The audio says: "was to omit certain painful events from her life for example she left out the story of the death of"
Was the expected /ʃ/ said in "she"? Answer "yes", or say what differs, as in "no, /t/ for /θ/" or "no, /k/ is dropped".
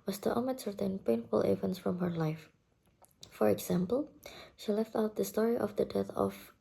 yes